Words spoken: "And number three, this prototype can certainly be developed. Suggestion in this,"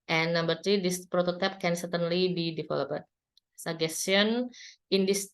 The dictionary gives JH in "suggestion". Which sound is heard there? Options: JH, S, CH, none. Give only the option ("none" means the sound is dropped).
none